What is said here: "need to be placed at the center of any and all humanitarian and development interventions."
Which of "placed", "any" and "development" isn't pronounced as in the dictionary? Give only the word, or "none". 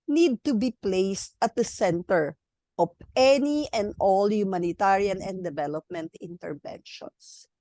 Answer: none